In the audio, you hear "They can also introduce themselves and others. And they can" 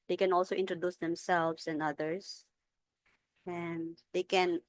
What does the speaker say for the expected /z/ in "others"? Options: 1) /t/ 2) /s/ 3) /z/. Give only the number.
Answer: 2